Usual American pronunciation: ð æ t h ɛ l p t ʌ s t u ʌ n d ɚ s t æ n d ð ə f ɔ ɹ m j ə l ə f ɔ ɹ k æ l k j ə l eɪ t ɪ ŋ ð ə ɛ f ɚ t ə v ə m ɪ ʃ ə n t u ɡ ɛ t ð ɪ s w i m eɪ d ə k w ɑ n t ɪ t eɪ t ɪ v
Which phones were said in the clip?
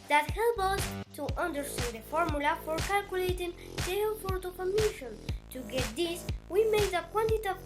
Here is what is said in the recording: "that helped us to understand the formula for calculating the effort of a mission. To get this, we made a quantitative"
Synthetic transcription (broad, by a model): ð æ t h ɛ l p ʌ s t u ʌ n d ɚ s t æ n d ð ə f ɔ ɹ m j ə l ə f ɔ ɹ k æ l k j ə l eɪ t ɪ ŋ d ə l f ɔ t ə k ə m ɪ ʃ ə n t u ɡ ɛ t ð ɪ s w i m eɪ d ə k w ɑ n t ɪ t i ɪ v